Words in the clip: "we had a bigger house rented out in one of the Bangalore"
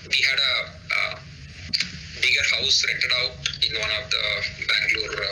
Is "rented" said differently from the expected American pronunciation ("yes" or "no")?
yes